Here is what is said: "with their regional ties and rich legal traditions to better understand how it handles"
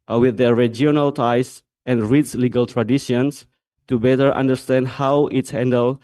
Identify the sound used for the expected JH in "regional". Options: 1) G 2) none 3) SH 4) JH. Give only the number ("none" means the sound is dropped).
2